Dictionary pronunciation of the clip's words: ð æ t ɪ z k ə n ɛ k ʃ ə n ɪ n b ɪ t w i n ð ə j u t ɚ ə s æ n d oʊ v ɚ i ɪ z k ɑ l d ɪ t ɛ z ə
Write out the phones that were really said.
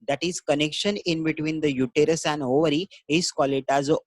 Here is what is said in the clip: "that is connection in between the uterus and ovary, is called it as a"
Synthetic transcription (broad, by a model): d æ t ɪ z k ə n ɛ k ʃ ə n ɪ n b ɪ t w i n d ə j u t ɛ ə s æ n d oʊ v ɚ i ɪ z k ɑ l ɪ t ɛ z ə